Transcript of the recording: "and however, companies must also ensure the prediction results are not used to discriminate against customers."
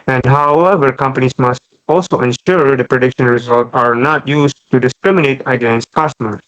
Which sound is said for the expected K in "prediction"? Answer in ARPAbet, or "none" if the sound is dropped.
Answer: K